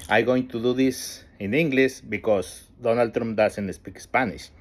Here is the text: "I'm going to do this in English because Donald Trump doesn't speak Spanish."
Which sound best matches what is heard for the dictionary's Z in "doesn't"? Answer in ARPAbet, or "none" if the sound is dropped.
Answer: S